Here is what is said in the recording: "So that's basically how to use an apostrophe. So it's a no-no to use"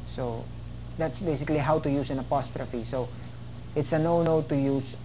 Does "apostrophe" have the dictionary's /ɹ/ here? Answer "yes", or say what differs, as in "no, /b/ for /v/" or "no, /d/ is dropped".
yes